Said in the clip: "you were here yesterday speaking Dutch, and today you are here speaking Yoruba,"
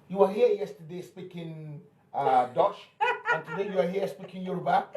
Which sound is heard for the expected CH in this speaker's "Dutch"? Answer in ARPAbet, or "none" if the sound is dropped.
SH